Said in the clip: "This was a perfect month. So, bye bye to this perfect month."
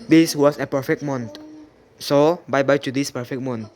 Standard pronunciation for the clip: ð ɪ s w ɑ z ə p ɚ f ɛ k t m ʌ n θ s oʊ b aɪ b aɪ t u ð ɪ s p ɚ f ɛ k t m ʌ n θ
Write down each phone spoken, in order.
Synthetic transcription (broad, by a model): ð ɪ s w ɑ s ə p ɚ f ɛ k m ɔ n t s oʊ b aɪ b aɪ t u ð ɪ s p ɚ f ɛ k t m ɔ n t